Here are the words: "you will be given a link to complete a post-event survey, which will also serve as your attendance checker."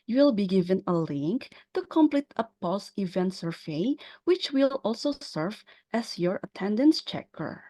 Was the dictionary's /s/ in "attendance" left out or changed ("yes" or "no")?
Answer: no